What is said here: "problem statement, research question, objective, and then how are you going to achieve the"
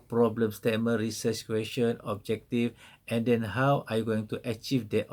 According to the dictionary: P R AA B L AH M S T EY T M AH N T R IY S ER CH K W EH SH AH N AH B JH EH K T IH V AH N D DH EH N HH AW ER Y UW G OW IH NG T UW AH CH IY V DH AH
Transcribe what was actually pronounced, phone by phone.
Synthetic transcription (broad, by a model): P R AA B L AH M S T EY M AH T R IY S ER S K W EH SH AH N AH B JH EH K T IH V AH N D EH N HH AW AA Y G OW IH NG T UW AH CH IY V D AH